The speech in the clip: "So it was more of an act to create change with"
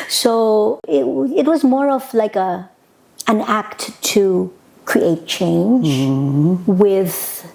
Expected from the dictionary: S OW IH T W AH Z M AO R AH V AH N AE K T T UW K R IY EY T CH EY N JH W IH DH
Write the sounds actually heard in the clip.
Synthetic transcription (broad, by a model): S OW IH T W AH Z M AO R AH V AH N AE K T T UW K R IY EY T CH EY N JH W IH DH